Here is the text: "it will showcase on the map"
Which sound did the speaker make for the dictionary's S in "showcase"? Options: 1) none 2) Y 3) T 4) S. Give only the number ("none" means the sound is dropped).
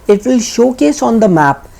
4